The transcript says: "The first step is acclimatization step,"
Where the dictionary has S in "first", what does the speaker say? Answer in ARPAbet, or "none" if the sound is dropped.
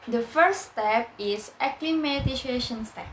none